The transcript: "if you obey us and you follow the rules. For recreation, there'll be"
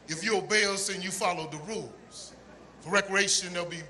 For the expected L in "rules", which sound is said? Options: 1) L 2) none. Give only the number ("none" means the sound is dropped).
1